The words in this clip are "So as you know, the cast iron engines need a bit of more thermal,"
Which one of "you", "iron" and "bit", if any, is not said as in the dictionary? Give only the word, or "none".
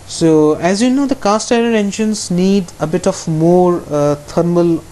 iron